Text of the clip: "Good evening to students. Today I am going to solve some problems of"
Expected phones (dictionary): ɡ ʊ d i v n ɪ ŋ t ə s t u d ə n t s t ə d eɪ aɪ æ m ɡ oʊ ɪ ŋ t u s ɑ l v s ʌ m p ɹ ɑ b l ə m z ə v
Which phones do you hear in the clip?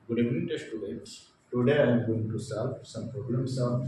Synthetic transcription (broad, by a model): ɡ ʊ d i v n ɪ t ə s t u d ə t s t ə d eɪ aɪ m ɡ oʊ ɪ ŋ t u s ɑ l v s ʌ m p ɹ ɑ b l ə m s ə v